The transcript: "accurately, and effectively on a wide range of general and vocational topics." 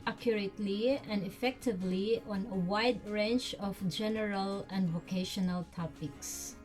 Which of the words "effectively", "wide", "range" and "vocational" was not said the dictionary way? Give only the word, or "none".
range